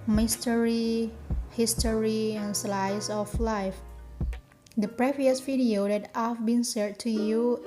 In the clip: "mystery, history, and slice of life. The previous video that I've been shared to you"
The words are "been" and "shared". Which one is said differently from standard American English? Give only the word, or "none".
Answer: shared